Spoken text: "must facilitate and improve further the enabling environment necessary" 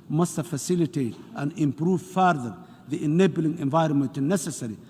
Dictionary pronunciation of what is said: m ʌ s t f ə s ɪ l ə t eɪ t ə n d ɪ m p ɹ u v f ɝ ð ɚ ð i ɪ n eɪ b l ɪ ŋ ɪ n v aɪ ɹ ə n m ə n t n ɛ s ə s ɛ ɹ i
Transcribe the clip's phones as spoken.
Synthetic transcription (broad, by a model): m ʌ s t f ə s ɪ l ə t eɪ t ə n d ɪ m p ɹ u v f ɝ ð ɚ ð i ɪ n eɪ b l ɪ ŋ ɪ n v aɪ ɹ ə n m ə n t n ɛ s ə s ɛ ɹ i